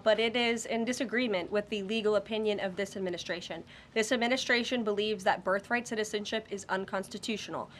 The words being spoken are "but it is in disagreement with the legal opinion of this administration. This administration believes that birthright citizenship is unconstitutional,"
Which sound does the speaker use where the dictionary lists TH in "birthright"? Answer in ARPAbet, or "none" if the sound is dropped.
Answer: TH